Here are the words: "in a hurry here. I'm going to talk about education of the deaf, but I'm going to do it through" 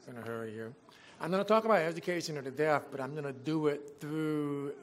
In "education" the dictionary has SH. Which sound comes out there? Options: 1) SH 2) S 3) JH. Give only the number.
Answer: 1